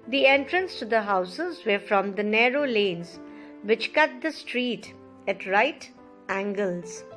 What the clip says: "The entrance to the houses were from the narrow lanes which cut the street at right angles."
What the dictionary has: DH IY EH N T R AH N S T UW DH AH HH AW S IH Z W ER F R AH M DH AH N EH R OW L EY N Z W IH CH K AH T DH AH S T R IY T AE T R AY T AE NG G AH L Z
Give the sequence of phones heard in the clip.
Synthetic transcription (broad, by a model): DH IY EH N T R AH N S T UW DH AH HH AW S IH Z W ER F R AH M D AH N EH R OW L EY N Z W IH CH K AH T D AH S T R IY T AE T R AY T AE NG G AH L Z